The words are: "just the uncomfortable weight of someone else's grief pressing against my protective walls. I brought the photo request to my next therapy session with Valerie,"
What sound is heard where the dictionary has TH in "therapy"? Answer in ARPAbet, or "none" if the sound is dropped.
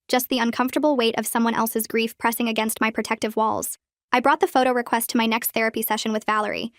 TH